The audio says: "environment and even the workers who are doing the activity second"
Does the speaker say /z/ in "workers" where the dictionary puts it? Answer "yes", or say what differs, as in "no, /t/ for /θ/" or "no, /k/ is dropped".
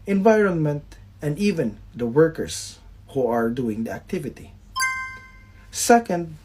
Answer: no, /s/ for /z/